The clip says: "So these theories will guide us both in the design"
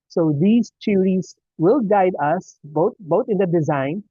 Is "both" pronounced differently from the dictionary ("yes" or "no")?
yes